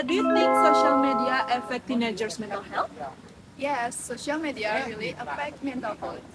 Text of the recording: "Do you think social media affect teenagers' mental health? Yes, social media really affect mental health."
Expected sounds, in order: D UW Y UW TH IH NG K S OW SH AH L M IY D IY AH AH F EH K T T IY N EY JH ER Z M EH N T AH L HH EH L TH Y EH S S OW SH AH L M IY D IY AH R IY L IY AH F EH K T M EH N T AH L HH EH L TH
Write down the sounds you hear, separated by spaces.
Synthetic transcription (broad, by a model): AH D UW T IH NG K S OW SH AH L M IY D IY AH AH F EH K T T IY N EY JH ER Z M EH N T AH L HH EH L Y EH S S OW SH AH L M IY D IY AH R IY L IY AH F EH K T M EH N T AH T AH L